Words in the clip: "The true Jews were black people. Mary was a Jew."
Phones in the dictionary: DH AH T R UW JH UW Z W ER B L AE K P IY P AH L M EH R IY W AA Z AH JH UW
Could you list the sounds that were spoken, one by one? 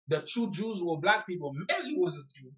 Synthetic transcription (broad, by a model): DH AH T UW JH UW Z W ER B L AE K P IY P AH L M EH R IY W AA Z AH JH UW